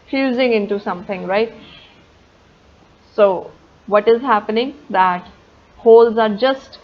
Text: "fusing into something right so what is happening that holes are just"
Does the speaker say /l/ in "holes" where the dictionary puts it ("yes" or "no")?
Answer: yes